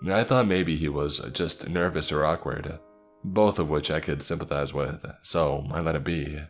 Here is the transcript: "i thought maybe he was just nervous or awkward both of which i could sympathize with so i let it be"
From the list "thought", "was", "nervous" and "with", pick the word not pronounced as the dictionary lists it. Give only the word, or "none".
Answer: none